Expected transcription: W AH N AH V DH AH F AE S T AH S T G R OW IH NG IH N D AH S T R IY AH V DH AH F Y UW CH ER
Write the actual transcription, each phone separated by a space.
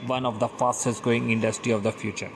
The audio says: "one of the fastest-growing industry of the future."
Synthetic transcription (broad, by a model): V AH N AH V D AH F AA S T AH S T G OW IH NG IH N D AH S T R IY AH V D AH F Y UW CH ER